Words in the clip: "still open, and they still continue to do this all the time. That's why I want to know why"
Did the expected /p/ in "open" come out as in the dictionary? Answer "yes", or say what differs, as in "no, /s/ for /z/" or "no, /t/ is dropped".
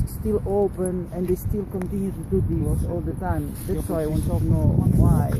yes